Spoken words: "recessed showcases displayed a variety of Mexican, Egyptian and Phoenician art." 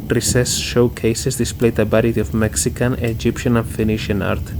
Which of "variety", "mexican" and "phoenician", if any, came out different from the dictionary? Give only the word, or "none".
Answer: variety